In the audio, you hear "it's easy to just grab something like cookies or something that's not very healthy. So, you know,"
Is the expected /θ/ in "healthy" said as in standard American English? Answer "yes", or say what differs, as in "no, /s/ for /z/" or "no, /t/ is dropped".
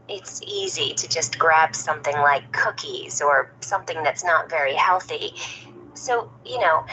yes